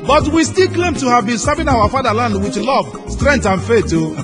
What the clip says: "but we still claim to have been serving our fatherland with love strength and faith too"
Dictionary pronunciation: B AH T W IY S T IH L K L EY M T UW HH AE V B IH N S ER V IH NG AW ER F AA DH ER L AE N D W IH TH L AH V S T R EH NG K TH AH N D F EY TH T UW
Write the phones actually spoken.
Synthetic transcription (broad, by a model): B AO T W IY S T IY L K L EY M T UW HH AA V B IH N S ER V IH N AW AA F AA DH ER L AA N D W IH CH L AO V S T R EH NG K T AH N F EY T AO